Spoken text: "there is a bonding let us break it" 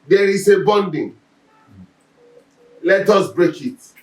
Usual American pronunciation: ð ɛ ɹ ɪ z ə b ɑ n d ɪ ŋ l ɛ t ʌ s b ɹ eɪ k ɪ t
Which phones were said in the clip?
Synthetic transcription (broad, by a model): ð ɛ ɹ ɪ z ə b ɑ n d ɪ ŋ l ɛ t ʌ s b ɹ eɪ k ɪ t